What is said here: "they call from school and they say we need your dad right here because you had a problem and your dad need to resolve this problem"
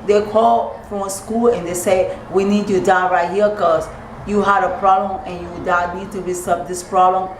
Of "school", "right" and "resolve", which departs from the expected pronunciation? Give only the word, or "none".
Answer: resolve